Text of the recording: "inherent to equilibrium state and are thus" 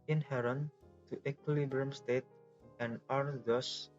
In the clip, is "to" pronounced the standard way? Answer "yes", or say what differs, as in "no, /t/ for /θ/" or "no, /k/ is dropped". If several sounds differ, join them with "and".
yes